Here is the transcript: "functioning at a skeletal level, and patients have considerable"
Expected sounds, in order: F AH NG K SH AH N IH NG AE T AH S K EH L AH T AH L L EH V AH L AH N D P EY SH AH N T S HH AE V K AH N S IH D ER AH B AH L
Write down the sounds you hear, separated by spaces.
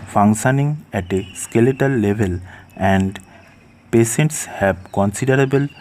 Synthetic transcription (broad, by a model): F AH NG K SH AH N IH NG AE T AH S K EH L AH T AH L L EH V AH L AH N D P EY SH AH N T S HH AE B K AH N S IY D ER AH B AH L